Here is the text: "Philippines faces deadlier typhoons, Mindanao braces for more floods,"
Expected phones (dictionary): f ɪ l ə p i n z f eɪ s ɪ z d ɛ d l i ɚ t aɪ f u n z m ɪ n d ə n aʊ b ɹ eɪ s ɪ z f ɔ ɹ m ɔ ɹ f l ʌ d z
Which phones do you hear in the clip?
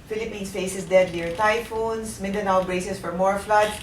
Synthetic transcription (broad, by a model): f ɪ l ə p i n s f eɪ s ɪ s d ɛ d n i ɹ t aɪ f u n s m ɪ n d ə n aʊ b ɹ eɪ s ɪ s f ɔ ɹ m ɔ ɹ f l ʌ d